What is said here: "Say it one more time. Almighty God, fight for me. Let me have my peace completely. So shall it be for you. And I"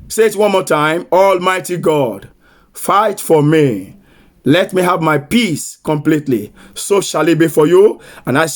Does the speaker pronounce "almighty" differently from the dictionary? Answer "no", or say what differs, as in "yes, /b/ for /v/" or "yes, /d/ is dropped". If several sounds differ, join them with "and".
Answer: no